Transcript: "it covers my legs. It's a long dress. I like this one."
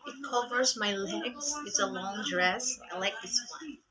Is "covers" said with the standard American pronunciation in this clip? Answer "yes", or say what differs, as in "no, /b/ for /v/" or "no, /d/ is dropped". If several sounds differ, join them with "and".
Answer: yes